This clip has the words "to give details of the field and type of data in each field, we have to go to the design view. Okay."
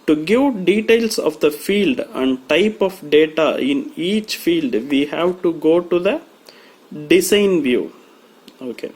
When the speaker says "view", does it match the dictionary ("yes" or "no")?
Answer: yes